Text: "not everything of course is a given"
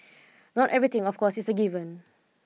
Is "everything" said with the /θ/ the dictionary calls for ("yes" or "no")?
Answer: no